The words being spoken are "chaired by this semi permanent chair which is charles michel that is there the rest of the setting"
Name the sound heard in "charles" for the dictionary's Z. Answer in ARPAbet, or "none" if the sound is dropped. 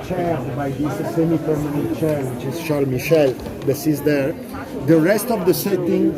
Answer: none